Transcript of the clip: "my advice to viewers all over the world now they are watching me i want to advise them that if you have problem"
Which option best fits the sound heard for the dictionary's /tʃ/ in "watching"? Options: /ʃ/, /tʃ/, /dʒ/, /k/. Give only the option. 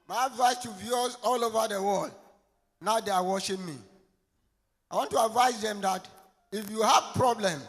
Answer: /ʃ/